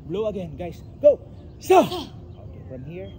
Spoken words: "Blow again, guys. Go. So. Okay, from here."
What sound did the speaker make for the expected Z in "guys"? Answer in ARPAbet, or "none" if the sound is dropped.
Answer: S